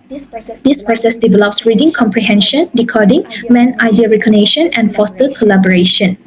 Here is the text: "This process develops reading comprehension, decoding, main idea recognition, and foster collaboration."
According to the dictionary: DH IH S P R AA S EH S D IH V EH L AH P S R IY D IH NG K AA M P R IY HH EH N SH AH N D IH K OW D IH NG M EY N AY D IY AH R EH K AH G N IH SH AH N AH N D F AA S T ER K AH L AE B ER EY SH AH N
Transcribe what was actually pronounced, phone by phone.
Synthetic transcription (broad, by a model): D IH S P R AA S EH S D IH V EH L AH P S R IY D IH NG K AA M P R IY HH EH N SH AH N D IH K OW D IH NG M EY N AY D IY AH R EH K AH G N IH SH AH N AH N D F AA S T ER K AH L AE B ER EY SH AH N